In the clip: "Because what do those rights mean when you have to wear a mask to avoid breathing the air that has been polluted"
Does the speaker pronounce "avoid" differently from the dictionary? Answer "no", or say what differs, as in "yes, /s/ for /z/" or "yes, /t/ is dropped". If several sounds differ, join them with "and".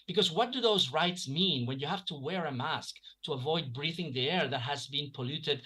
no